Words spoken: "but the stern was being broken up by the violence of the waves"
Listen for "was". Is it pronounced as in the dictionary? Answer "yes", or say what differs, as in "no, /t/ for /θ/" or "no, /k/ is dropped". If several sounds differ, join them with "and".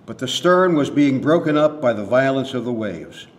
yes